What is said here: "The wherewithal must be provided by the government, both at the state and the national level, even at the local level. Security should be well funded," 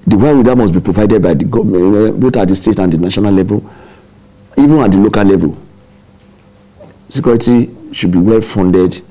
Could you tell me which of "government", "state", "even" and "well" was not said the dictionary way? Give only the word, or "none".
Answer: government